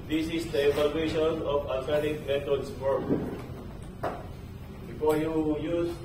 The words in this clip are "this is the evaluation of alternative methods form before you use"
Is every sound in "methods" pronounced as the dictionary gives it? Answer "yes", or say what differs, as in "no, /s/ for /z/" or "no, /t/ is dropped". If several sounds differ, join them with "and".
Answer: no, /t/ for /θ/